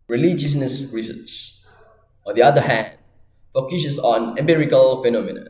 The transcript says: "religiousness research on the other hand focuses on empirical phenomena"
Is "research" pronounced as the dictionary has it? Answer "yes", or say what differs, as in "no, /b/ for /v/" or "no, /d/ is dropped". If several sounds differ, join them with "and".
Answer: no, /s/ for /tʃ/